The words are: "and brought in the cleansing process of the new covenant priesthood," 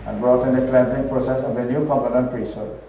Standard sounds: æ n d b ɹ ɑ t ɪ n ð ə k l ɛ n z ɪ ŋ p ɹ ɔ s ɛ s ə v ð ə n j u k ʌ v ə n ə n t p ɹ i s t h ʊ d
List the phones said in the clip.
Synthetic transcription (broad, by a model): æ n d b ɹ ɑ t ɪ n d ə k l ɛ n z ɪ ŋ p ɹ ɔ s ɛ s ə v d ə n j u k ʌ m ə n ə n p ɹ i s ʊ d